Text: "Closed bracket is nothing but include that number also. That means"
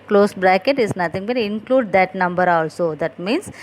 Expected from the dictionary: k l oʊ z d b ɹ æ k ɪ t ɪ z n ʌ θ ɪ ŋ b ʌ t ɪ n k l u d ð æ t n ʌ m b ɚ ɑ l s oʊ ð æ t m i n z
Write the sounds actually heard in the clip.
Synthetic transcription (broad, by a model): k l oʊ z b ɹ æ k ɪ t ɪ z n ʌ t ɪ ŋ b ʌ t ɪ n k l u d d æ t n ʌ m b ɚ ɑ l s oʊ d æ t m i n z